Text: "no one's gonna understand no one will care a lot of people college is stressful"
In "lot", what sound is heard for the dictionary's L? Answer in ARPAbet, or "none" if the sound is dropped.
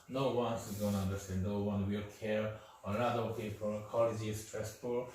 N